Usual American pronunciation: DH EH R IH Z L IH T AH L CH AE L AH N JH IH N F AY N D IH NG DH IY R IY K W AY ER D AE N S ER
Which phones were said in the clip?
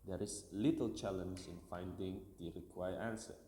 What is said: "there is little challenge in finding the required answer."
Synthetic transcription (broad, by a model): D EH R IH S L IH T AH L CH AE L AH N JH IH N F AY N D IH NG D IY R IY K W AY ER AE N S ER